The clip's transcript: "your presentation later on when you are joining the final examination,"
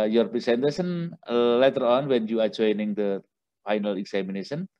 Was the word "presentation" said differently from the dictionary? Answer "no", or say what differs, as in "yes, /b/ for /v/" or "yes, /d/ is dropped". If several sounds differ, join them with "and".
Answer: yes, /s/ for /z/ and /s/ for /ʃ/